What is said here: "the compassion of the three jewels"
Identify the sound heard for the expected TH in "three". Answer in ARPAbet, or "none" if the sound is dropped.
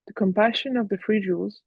F